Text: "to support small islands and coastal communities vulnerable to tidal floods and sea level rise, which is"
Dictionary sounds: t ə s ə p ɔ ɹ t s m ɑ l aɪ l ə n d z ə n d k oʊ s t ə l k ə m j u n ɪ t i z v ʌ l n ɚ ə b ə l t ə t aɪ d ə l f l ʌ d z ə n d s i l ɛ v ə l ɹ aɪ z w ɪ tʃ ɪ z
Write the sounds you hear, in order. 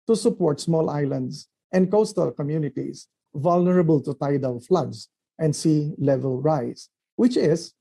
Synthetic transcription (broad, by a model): t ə s ə p ɔ ɹ t s m ɑ l aɪ l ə n d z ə n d k oʊ s t ə l k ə m j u n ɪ t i s v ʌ l n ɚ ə b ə l t ə t aɪ d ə w f l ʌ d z ə n d s i l ɛ v ə l ɹ aɪ s w ɪ tʃ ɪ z